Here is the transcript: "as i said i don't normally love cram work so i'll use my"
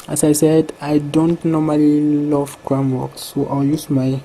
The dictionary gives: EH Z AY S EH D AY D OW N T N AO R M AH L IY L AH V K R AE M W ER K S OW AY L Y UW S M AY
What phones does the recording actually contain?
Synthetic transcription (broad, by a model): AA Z AY S EH D AY D OW N T N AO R M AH L IY L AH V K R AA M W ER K S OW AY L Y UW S M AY